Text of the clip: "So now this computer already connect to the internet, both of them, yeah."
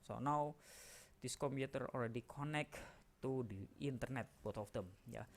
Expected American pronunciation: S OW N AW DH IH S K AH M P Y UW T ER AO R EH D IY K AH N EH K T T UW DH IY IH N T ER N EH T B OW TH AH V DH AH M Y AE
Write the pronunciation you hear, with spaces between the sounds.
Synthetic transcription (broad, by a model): S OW N AW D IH S K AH M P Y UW T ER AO L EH D IY K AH N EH K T T UW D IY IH N T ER N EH T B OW T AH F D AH M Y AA